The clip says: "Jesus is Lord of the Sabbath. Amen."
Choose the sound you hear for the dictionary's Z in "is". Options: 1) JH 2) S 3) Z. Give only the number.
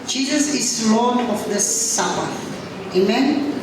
2